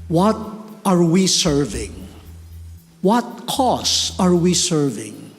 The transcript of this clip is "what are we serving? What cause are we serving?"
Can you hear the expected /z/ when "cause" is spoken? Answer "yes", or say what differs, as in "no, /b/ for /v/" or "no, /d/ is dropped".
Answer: no, /s/ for /z/